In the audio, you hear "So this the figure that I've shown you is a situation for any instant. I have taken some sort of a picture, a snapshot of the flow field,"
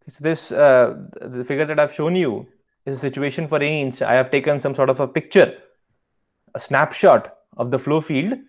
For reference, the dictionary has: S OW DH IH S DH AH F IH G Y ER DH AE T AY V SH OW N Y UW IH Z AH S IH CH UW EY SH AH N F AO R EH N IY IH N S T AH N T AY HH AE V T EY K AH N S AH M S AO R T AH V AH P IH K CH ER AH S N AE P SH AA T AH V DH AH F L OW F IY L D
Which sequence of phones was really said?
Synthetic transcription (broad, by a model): S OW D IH S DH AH F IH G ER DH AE T AY V SH OW N Y UW IH Z AH S IH CH UW EY SH AH N F AO R EH N IY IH N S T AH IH HH AE V T EY K AH N S AH M S AO R T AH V AH P IH K CH ER AH S N AE P SH AA T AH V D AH F L OW F IY L D